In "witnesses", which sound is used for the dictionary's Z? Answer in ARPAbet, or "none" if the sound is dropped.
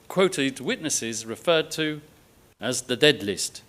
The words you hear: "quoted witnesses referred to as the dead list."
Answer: Z